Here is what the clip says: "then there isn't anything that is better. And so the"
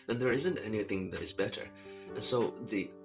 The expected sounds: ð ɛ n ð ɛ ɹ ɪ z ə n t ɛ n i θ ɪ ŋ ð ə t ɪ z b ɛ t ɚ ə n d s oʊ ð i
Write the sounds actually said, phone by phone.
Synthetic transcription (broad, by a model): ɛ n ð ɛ ɹ ɪ z ə n t ɛ n i θ ɪ ŋ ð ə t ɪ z b ɛ t ɚ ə n s oʊ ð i